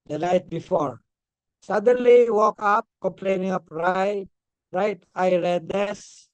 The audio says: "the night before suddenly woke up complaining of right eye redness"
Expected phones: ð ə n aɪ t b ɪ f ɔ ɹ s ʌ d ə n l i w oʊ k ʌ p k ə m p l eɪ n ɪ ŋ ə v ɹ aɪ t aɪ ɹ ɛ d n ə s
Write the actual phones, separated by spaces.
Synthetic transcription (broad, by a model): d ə n aɪ t b ɪ f ɔ ɹ s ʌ d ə n l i w oʊ k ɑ p k ə m p l eɪ n ɪ ŋ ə p ɹ aɪ t aɪ ɹ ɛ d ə s